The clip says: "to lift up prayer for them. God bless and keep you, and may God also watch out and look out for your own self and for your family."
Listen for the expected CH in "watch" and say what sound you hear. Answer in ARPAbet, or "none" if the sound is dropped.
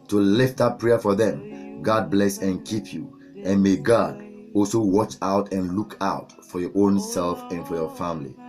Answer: CH